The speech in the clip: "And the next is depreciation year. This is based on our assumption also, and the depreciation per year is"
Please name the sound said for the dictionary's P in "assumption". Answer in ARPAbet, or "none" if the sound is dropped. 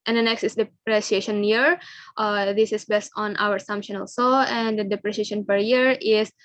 P